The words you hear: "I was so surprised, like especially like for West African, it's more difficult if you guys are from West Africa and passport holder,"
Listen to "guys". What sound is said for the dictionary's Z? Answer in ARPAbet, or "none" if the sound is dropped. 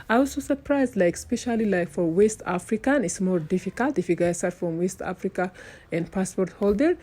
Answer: S